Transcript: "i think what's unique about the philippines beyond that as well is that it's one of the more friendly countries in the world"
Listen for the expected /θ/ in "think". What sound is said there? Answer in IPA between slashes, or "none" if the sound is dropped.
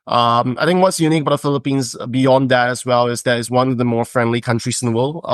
/θ/